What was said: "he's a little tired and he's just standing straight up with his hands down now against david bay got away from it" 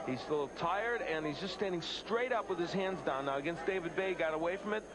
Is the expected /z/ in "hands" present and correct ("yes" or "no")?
yes